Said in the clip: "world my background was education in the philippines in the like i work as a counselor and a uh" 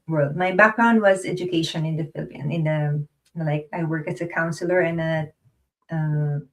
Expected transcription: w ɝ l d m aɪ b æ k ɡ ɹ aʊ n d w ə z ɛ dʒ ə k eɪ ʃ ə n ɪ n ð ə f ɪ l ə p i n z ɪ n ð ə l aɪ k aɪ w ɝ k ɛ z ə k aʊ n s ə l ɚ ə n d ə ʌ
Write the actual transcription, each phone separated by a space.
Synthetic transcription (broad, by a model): w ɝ l d m aɪ b æ k ɡ ɹ aʊ n d w ə z ɛ dʒ ə k eɪ ʃ ə n ɪ n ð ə f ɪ l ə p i n ɪ n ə l aɪ k aɪ w ɝ k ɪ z ə k aʊ n s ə l ɚ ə n ə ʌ